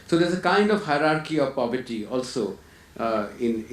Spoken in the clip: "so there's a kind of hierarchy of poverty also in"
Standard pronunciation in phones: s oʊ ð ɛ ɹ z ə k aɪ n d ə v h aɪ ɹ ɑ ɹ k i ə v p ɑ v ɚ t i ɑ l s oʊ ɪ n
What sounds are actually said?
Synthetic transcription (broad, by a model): s oʊ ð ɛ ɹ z ə k aɪ n d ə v h aɪ ɹ ɑ ɹ k i ə v p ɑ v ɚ t i ɑ l s oʊ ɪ n